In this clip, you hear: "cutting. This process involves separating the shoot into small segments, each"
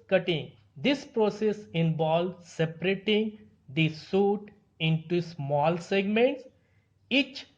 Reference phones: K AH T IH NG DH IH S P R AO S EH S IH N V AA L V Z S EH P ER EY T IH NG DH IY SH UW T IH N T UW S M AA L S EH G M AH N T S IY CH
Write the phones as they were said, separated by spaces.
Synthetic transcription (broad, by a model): K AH T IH NG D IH S P R AO S EH S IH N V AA L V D S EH P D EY T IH NG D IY S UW T IH N T UW S M AA L S EH G M AH N T S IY CH